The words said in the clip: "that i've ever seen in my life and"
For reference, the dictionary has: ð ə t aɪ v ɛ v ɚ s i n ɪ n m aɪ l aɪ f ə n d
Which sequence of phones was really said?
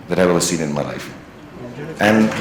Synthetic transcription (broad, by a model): ð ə t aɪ w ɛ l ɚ s i n ɪ n m aɪ l aɪ f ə n